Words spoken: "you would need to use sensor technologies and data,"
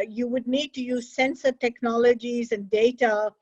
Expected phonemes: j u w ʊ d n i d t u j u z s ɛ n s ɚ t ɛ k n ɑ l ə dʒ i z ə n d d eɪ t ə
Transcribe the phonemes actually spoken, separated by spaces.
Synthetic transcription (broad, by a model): j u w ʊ d n i d t u j u z s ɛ n s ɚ t ɛ k n ɑ l ə dʒ i z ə n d d eɪ t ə